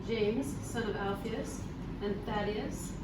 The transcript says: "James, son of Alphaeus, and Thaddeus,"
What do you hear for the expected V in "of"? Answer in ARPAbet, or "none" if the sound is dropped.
V